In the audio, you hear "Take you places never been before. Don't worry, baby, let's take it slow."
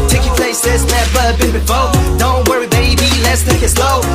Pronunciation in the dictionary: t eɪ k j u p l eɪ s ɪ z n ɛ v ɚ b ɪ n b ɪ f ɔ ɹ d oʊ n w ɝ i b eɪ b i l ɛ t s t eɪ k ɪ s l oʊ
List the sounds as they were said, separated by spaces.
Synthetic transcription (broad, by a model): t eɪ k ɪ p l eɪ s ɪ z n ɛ b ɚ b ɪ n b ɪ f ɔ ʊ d oʊ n w ɝ i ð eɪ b i l ɛ t s t eɪ k ɪ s l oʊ